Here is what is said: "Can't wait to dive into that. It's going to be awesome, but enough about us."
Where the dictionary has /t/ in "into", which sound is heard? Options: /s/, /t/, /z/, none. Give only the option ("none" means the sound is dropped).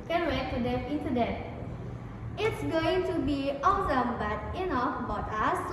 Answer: /s/